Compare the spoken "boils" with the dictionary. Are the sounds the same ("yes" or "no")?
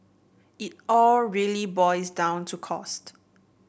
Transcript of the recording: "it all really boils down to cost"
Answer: no